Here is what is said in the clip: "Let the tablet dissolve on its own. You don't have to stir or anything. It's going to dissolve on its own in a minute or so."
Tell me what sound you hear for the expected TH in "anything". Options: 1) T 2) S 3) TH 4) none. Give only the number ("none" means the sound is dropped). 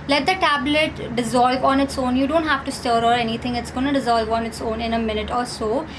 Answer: 1